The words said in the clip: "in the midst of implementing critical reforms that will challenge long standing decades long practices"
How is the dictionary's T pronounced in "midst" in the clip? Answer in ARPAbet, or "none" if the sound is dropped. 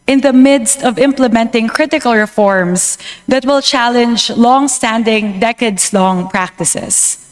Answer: T